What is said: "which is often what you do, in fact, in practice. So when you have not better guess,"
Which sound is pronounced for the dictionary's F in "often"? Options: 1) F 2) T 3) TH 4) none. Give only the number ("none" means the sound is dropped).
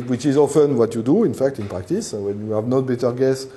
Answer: 1